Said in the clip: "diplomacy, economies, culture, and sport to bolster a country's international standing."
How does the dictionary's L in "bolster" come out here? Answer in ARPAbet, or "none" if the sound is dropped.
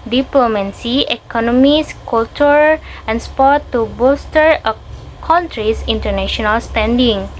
none